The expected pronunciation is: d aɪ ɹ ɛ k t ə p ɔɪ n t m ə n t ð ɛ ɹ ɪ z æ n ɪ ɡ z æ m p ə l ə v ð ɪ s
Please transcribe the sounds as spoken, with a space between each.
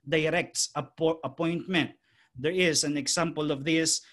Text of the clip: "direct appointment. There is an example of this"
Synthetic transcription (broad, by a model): d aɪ ɹ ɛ k t ə p ɔɪ n t m ə n t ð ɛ ɹ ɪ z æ n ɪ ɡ s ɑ m p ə l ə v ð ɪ s